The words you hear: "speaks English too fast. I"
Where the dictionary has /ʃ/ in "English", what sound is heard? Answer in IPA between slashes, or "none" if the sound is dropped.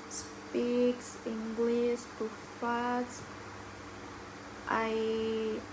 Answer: /s/